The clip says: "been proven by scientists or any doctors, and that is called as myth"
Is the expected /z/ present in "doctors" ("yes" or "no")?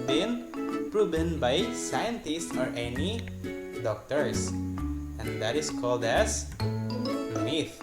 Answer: no